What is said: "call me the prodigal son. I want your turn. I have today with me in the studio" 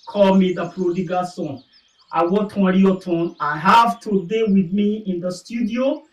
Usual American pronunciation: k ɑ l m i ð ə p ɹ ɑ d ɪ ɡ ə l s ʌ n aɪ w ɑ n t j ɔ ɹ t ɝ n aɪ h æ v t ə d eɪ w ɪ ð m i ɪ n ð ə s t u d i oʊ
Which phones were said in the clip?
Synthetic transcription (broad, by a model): k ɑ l m i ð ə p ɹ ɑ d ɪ ɡ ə s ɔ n aɪ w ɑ t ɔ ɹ t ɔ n aɪ h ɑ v t ə d eɪ w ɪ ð m i ɪ n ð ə s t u d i oʊ